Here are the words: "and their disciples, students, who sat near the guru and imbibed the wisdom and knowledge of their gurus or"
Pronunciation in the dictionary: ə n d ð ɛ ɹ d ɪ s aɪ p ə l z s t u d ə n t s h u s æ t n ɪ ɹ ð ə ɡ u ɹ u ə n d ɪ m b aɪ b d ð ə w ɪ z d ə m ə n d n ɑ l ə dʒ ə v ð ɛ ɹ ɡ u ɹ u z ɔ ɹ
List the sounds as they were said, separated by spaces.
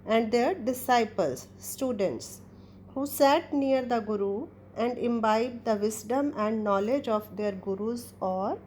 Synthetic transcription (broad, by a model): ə n d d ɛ ɹ d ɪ s aɪ p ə l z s t u d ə n t s h u s æ t n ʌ ɹ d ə ɡ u ɹ u ə n d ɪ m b aɪ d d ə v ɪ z d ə m ə n d n ɑ l ə dʒ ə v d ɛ ɹ ɡ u ɹ u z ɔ ɹ